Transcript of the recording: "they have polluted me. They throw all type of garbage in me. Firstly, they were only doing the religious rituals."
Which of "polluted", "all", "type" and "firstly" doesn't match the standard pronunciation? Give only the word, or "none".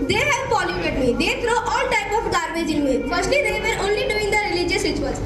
polluted